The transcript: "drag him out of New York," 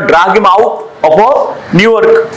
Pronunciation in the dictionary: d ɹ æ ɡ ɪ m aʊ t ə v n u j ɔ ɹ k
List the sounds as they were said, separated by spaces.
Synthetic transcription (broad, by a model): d ɹ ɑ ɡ ɪ m aʊ t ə p n u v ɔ ɹ k